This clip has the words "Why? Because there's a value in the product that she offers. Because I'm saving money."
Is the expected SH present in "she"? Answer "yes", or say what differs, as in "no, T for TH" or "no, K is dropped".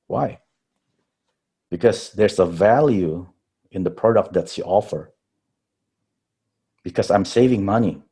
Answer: no, S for SH